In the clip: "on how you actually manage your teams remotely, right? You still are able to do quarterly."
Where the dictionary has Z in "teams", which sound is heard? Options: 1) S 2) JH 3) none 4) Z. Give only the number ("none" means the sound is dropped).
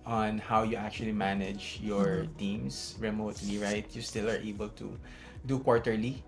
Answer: 1